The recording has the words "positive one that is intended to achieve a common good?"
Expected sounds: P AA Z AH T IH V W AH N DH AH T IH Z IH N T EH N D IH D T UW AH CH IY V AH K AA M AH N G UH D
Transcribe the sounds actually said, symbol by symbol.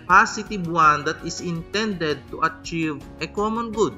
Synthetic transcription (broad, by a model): P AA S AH T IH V W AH N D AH T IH S IH N T EH N D IH D T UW AH CH IY V AH K AA M AH N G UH D